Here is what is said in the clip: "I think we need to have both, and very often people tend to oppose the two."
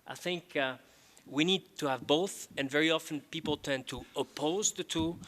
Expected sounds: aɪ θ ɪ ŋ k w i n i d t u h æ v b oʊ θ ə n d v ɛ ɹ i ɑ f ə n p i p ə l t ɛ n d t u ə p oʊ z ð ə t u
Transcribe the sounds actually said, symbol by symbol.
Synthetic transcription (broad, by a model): aɪ θ ɪ ŋ k w i n i d t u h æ v b oʊ θ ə n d v ɛ ɹ i ɑ f ə n p i p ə l t ɛ n t u ə p oʊ z ð ə t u